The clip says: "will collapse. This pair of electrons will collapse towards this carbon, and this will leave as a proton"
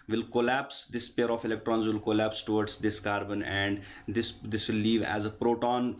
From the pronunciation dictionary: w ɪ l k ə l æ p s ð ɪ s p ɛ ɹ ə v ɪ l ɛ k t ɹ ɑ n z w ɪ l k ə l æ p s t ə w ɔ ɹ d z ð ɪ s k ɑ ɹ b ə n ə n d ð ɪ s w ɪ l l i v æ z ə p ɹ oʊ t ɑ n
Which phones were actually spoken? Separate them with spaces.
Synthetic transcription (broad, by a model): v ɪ l k ə l æ p s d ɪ s p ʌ ɹ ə f ɪ l ɛ k t ɹ ɑ n z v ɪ l k ə l æ p s t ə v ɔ ɹ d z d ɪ s k ɑ ɹ b ə n ə n d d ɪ s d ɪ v l i v æ z ə p ɹ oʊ t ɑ n